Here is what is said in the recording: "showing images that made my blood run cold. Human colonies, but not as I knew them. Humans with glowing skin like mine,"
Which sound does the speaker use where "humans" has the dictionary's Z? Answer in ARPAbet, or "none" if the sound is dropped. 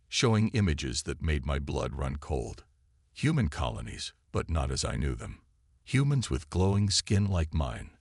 Z